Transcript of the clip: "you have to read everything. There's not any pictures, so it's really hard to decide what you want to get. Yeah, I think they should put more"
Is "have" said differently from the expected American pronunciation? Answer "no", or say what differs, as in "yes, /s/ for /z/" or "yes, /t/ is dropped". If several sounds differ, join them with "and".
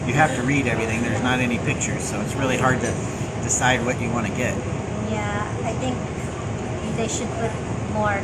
yes, /f/ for /v/